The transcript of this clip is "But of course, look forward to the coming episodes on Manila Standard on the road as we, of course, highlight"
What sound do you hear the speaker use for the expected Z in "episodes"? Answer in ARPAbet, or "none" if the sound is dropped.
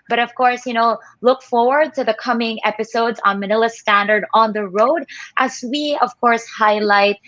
Z